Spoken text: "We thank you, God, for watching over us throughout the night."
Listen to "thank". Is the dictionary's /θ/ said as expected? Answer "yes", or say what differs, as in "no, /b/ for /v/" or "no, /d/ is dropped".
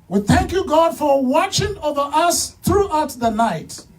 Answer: yes